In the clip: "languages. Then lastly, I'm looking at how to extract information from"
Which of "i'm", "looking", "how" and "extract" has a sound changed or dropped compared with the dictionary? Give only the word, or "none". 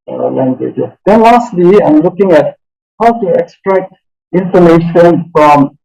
none